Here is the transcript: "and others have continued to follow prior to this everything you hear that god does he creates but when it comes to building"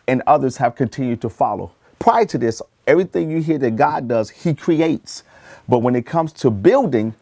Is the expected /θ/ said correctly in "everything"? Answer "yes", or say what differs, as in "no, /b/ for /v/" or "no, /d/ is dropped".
yes